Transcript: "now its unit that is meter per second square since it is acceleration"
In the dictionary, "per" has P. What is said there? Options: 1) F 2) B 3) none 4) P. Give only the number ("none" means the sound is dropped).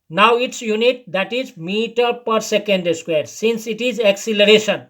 4